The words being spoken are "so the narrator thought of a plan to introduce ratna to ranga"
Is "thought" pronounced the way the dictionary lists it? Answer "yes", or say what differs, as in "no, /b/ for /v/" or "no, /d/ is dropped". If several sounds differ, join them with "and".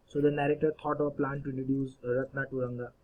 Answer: no, /t/ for /θ/